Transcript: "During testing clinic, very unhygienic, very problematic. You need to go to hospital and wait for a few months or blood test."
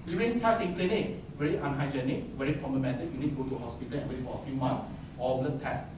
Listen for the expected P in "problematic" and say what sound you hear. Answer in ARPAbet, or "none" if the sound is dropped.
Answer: F